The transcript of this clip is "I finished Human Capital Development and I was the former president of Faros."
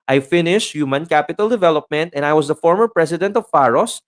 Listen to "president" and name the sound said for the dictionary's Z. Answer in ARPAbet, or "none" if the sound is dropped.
S